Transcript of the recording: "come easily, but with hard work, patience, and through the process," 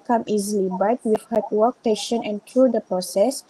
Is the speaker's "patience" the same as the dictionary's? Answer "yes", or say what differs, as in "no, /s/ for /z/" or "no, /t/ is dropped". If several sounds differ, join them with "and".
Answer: no, /s/ is dropped